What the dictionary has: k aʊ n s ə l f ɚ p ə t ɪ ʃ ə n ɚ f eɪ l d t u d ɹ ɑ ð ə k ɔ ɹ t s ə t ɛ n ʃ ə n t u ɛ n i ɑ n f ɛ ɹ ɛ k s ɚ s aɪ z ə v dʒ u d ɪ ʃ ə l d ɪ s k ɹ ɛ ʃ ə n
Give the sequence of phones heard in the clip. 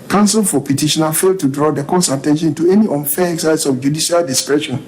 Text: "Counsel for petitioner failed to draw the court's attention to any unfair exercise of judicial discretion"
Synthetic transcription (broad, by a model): k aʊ n s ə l f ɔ p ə t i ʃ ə n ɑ f eɪ l d t u d ɹ ɑ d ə k ɔ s ə t ɛ n ʃ ə n t u ɛ n i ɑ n f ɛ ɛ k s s aɪ s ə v dʒ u d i ʃ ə l d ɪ s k ɹ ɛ ʃ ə n